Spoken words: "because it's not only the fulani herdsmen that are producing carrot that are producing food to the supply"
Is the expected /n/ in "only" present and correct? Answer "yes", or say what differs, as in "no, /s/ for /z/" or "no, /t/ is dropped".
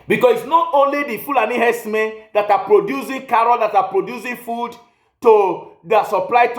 yes